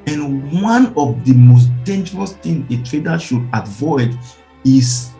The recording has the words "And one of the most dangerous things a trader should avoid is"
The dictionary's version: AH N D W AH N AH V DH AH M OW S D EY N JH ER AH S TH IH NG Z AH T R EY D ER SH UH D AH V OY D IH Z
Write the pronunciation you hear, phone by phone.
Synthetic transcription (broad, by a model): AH N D W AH N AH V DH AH M OW S D EY N JH ER AH S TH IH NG AH T R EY D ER SH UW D AH V OY D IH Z